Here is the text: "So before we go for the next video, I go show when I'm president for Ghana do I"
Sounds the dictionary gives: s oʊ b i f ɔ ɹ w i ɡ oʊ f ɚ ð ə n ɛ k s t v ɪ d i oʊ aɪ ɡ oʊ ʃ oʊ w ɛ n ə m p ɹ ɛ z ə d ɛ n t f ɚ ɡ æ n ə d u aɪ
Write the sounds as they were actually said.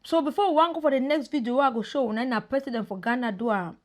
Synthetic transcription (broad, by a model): s oʊ b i f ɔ w w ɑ ɡ oʊ f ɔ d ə n ɛ k s t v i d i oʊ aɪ ɡ oʊ ʃ oʊ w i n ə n p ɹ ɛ s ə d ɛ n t f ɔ ɡ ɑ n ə d u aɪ